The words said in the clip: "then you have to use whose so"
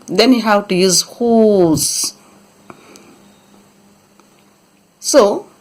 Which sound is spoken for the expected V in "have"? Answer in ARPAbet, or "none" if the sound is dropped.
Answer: W